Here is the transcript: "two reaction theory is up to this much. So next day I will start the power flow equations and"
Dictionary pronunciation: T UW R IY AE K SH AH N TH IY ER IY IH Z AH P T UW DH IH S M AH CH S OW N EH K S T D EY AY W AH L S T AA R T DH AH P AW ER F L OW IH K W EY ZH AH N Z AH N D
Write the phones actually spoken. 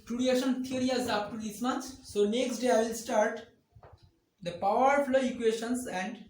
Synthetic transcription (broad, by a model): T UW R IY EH SH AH N T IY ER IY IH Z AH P T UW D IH S M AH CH S OW N EH K S T D EY AY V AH L S T AA R T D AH P AW ER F L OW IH K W EY SH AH N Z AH N D